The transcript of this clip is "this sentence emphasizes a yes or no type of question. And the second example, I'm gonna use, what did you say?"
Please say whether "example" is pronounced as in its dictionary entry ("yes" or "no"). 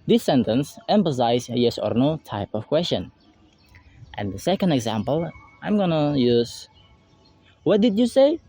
yes